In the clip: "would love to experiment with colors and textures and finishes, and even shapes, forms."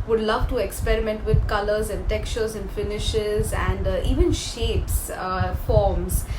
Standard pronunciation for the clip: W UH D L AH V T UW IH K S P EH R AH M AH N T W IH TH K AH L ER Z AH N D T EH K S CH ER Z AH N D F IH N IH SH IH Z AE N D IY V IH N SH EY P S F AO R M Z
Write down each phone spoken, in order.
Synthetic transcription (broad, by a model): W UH D L AH V T UW IH K S P EH R AH M AH N T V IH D K AH L ER Z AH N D T EH K S CH ER Z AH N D F IH N IH SH IH Z AE N D IY V IH N SH EY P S F AO R M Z